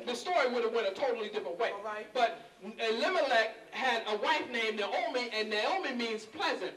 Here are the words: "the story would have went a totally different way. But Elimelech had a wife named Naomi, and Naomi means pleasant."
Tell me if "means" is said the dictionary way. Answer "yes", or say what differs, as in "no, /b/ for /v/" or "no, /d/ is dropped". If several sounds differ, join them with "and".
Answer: yes